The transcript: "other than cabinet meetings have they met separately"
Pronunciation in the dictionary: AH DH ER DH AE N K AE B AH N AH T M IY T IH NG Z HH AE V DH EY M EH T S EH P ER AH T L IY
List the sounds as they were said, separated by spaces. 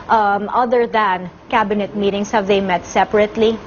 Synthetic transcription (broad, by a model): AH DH ER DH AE N K AE B AH N AH T M IY T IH NG S HH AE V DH EY M EH T S EH P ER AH T L IY